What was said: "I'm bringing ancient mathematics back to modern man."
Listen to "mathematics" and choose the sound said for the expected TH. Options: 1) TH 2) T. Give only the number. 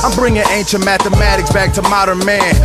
1